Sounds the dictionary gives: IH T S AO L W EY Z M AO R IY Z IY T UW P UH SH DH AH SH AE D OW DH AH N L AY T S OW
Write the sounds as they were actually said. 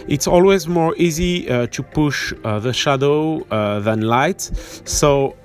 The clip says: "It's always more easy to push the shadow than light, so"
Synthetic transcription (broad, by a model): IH T S AO L W EY Z M AO R IY Z IY T UW P UH SH DH AH SH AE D OW DH AH N L AY T S OW